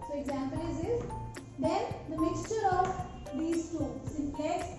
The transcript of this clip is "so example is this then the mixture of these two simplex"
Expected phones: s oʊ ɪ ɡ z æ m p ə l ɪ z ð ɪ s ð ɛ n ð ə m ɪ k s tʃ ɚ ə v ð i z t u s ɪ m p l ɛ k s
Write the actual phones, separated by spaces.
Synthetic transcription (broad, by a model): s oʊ ɪ ɡ z æ m p ə l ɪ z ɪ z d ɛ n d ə m ɪ k s tʃ ɚ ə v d i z t u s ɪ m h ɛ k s